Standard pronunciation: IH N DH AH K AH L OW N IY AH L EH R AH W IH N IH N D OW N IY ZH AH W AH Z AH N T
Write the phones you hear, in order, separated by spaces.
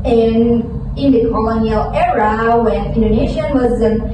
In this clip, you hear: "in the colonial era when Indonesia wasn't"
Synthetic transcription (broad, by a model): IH N DH AH K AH L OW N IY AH L EH R AH W IH N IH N D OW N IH SH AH W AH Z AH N